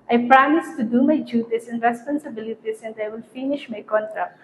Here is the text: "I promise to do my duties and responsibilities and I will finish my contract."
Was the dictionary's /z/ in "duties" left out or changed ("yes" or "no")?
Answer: yes